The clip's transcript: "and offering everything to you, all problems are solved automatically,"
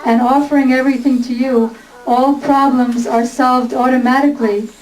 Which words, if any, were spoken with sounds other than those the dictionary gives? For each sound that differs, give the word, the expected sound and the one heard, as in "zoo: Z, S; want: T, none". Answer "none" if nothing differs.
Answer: none